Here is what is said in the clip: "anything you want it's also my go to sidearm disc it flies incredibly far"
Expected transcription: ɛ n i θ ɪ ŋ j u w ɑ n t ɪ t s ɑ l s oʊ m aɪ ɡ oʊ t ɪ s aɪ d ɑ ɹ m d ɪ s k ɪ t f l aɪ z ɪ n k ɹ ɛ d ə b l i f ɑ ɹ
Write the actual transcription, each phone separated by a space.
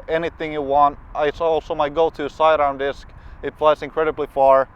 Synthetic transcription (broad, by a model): ɛ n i θ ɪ ŋ j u w ɑ n t ɪ t s ɑ l s oʊ m aɪ ɡ oʊ t ɪ s aɪ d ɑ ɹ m d ɪ s k ɪ t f l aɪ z ɪ n k ɹ ɛ d ə b l i f ɑ ɹ